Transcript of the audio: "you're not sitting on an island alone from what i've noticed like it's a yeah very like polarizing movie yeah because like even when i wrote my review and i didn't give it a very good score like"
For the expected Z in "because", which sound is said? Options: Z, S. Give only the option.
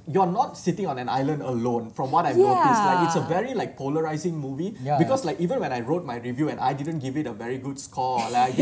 S